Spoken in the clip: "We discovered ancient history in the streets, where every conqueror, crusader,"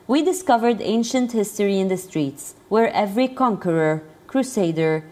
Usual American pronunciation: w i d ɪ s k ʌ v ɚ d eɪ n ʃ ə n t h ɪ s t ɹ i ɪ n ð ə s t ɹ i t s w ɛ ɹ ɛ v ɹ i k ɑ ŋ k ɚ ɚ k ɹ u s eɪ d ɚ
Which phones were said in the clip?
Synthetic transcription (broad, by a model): w i d ɪ s k ʌ v ɚ d eɪ n ʃ ə n t h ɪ s t ɹ i ɪ n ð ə s t ɹ i t s w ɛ ɹ ɛ v ɹ i k ɑ ŋ k ɚ ɚ k ɹ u s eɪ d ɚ